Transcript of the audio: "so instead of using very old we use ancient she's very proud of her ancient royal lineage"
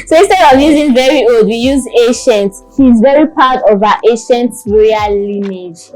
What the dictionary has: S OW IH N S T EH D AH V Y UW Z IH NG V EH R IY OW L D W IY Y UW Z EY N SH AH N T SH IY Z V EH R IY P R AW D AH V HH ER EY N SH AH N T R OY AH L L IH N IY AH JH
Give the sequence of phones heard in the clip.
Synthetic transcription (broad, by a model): S OW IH S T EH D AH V Y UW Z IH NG V EH R IY OW L D W IY Y UW Z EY SH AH N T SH IY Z V EH R IY P AW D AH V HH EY SH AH N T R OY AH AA L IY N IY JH